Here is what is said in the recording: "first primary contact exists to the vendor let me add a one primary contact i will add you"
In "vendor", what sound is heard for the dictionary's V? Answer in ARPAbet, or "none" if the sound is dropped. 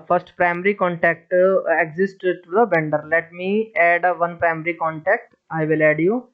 B